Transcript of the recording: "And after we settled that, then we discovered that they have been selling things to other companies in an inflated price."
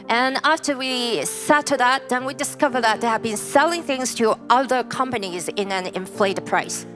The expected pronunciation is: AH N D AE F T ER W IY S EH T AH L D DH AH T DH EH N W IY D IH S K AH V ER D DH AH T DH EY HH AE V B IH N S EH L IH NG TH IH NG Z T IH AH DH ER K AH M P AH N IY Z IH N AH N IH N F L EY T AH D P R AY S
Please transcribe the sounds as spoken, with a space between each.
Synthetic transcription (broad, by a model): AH N AE F T ER W IY S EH T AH DH AH T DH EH N W IY D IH S K AH V ER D DH AH T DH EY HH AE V B IH N S EH L IH NG TH IH NG Z T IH AH DH ER K AH M P AH N IY Z IH N AH N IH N F L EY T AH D P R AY S